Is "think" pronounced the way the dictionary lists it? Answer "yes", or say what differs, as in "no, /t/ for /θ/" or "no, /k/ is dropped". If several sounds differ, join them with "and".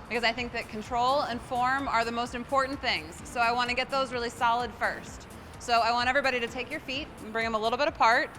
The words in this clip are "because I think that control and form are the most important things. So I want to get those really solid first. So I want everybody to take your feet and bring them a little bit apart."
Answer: yes